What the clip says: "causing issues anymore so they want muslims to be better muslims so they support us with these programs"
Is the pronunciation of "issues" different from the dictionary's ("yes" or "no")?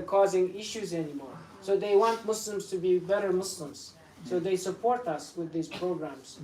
no